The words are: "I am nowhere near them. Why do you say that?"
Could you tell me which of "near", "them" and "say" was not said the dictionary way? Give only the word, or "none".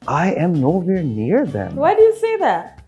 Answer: none